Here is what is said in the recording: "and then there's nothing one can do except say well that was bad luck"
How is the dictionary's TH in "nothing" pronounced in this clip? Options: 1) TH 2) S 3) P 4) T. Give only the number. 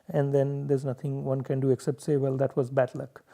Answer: 4